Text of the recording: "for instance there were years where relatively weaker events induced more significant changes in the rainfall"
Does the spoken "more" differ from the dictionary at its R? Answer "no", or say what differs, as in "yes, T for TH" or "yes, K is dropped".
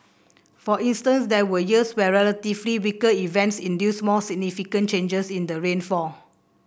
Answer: yes, L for R